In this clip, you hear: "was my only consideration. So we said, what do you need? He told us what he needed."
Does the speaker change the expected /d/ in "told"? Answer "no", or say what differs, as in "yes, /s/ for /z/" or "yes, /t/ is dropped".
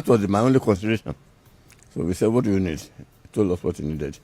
yes, /d/ is dropped